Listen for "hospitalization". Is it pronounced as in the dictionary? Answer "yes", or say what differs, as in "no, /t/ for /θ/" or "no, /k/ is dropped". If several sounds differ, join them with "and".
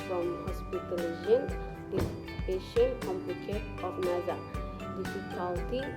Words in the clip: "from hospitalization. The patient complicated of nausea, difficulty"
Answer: no, /ʃ/ is dropped